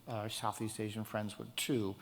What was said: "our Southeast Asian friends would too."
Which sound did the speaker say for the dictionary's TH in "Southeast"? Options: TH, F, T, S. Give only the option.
TH